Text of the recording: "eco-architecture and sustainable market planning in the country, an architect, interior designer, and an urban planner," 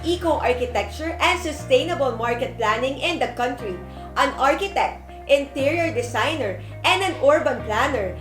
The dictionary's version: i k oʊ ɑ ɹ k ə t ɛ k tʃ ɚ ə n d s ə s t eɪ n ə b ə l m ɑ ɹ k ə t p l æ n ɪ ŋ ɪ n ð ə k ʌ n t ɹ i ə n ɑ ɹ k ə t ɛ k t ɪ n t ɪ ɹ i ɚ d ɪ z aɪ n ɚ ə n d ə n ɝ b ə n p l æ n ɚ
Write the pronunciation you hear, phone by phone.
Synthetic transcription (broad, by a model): i k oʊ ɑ ɹ k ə t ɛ k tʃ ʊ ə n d s ə s t eɪ n ə b ə l m ɑ ɹ k ə t p l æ n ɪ ŋ ɪ n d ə k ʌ n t ɹ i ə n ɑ ɹ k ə t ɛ k t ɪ n t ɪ ɹ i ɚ d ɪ s aɪ n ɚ ə n d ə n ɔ b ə n p l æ n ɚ